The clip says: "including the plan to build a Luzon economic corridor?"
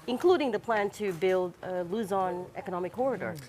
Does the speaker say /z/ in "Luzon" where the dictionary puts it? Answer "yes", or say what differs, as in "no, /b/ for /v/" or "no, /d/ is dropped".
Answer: yes